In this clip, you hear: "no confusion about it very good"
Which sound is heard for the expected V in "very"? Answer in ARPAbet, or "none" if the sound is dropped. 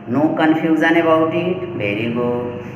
B